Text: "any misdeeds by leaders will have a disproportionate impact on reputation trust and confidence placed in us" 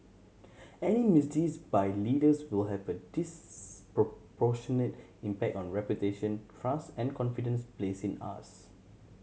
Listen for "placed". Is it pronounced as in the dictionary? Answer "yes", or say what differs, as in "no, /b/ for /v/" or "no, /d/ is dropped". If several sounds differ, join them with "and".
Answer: no, /t/ is dropped